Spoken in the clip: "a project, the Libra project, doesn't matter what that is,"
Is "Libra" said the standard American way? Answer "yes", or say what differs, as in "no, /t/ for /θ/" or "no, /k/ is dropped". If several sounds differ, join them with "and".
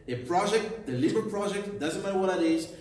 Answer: no, /ɹ/ is dropped